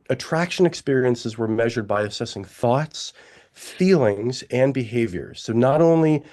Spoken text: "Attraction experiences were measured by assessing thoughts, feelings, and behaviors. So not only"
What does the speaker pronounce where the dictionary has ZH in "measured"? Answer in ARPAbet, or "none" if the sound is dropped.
ZH